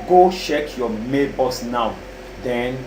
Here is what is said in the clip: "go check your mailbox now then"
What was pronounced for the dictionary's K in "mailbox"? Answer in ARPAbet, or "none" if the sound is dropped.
none